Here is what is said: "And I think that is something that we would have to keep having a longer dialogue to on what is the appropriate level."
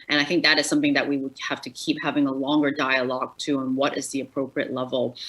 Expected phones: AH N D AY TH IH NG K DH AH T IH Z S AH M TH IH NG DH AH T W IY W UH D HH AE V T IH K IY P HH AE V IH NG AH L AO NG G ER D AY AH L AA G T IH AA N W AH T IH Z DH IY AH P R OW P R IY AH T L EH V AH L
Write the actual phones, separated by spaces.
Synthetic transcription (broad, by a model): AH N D AY TH IH NG K DH AH T IH Z S AH M TH IH NG DH AH T W IY W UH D HH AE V T IH K IY P HH AE V IH NG AH L AO NG G ER D AY AH L AA G T IH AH N W AH T IH Z DH IY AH P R OW P R IY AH T L EH V L